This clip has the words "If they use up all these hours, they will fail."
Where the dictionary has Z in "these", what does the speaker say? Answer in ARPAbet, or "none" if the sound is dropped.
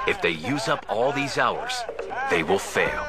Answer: Z